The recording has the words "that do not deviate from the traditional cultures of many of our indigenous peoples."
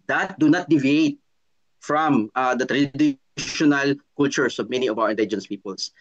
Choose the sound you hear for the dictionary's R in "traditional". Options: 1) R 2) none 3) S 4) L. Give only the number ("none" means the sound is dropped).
1